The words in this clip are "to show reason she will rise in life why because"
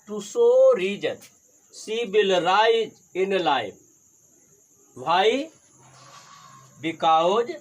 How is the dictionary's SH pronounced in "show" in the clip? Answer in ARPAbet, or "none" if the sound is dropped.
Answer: S